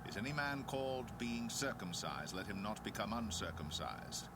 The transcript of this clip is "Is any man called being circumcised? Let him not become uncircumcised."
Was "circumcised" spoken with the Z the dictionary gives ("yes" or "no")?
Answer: yes